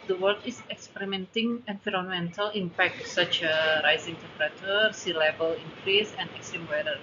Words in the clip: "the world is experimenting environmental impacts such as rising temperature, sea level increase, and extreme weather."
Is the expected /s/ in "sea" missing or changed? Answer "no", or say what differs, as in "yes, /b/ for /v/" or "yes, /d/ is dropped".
no